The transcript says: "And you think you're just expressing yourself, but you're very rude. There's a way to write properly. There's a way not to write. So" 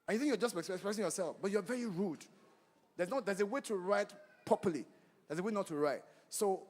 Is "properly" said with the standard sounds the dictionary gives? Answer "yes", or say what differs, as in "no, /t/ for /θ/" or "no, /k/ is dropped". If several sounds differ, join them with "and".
no, /ɹ/ is dropped